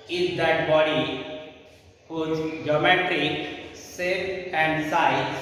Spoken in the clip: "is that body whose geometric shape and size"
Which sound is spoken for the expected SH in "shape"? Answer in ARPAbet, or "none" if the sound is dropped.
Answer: S